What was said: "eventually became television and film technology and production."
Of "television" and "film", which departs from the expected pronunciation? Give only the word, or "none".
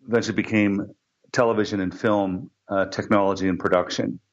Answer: none